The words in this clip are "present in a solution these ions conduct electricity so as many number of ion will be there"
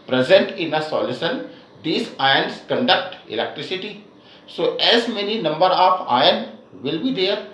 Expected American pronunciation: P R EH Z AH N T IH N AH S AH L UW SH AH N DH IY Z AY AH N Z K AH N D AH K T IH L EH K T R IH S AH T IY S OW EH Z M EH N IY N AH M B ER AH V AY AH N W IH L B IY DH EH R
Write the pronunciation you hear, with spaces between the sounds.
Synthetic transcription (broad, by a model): P R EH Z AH N T IH N AH S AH L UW S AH N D IY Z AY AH N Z K AH N D AH K T IH L EH K T R IH S AH T IY S OW EH Z M EH N IY N AH M B ER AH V AY AH N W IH L B IY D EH R